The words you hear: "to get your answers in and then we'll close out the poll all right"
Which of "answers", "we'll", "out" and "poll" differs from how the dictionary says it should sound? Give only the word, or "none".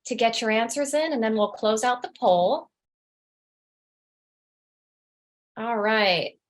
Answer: none